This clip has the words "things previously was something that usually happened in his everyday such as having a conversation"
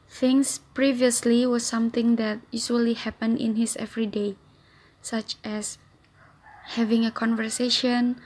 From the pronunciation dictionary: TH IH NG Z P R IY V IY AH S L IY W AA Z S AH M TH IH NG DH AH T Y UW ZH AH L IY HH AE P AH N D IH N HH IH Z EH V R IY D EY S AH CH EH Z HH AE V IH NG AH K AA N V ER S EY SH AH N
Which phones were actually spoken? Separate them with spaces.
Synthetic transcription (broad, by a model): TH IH NG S P R IY V IY AH S L IY W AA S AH M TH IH NG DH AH T Y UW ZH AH L IY HH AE P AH N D IH N HH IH S EH V R IY D EY S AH CH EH S HH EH V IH NG AH K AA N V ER S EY SH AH N